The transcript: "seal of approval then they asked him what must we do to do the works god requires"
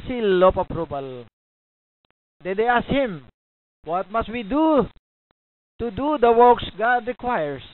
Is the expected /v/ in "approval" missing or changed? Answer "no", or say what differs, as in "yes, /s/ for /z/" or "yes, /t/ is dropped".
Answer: yes, /b/ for /v/